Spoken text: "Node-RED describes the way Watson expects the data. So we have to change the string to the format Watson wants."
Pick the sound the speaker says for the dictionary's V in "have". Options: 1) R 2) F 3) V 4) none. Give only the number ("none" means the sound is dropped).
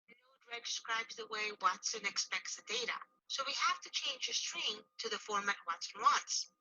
2